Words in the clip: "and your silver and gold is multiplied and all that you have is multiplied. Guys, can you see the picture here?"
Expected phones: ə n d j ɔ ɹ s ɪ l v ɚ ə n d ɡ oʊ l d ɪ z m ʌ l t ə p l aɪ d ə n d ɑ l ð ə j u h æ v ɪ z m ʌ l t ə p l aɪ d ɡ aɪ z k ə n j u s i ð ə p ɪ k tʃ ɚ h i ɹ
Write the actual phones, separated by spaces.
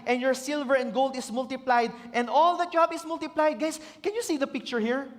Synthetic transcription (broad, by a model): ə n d j ɔ ɹ s ɪ l v ɚ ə n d ɡ oʊ l d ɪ s m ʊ l t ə p l aɪ d ə n d ɑ l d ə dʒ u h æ b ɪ s m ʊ l t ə p l aɪ d ɡ aɪ s k ə n j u s i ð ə p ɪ k tʃ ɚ h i ɹ